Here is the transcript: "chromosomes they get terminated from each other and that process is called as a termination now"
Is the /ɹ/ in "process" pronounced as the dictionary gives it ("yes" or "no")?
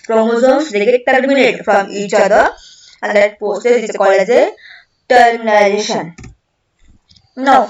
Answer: no